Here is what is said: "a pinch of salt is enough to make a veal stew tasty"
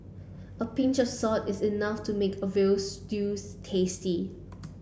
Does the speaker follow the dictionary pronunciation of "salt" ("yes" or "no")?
no